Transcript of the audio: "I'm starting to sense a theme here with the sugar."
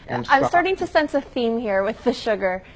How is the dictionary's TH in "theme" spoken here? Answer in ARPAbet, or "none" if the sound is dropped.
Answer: TH